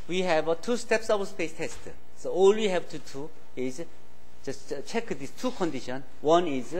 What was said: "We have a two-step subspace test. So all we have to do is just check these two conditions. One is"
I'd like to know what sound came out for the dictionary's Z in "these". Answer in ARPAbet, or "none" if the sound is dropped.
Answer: S